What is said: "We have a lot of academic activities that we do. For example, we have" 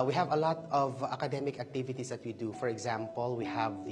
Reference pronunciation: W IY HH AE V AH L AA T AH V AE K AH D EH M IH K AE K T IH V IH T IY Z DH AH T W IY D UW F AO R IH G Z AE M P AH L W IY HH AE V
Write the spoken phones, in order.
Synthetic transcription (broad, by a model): W IY HH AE V AH L AA T AH V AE K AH D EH M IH K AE K T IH V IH T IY S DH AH T W IY D UW F AO R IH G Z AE M P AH L W IY HH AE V